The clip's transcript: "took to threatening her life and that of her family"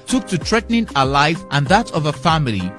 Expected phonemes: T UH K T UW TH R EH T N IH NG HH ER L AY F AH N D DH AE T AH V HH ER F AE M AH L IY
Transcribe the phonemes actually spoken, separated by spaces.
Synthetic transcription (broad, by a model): T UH K T UW T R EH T N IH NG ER L AY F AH N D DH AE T AH V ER F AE M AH L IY